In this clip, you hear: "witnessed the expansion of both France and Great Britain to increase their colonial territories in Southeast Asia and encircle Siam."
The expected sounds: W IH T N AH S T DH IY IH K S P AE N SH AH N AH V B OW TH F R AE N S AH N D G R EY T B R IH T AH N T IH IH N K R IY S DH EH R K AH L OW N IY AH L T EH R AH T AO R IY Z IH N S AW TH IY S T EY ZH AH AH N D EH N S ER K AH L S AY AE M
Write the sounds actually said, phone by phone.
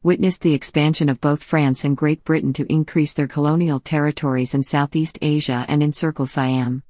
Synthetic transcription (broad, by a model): W IH T N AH S DH IY IH K S P AE N SH AH N AH V B OW TH F R AE N S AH N G R EY T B R IH T N T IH IH N K R IY S DH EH R K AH L OW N IY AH L T EH R AH T AO R IY Z IH N S AW TH IY S T EY ZH AH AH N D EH N S ER K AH L S AY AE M